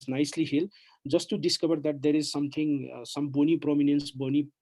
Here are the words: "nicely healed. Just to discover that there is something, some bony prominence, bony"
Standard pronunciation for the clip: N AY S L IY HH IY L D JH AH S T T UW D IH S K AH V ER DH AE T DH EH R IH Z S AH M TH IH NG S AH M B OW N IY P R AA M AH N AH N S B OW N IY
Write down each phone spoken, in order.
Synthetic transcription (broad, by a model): N AY S L IY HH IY L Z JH AH S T T UW D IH S K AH B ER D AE T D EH R IH Z S AH M T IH NG S AH M B OW N IY P R AA M AH N AH N S B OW N IY